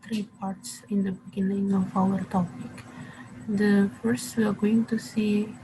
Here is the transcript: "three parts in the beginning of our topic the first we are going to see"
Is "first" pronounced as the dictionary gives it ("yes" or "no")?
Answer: yes